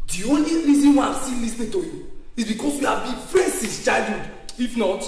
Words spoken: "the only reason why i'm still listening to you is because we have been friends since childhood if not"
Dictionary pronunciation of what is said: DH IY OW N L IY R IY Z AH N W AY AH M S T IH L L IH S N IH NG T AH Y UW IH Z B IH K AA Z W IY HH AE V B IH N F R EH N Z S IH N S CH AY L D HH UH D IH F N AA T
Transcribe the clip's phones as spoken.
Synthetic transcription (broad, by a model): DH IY OW N L IY R IY Z AH N W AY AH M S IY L L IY S N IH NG T AH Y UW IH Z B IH K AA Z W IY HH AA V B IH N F R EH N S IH S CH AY D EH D IH F N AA T